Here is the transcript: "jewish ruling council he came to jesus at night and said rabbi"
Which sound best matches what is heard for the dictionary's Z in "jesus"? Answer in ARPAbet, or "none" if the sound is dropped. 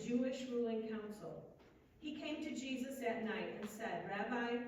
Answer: Z